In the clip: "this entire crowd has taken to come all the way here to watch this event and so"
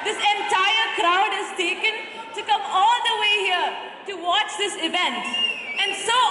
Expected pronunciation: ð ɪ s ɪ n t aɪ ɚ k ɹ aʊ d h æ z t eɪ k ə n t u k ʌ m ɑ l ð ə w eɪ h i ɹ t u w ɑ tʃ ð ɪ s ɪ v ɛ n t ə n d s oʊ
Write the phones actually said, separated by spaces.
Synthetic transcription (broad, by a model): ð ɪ s ɪ n t aɪ ɚ k ɹ aʊ d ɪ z t eɪ k ə n t u k ʌ m ɑ l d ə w eɪ h i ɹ t u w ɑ tʃ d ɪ s ɪ v ɛ n t ə n d s oʊ